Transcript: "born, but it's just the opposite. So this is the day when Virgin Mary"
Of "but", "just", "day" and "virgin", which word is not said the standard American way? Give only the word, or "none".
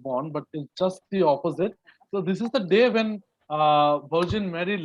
virgin